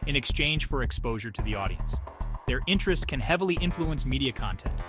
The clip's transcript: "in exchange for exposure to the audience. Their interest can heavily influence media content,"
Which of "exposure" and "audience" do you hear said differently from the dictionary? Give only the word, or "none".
none